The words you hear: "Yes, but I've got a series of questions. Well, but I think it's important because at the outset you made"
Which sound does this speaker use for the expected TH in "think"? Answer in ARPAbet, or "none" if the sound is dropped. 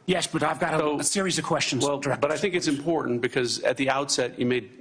TH